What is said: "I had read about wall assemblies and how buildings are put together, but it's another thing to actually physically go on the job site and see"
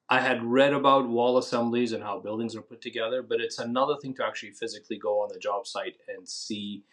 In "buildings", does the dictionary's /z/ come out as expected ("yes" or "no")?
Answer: yes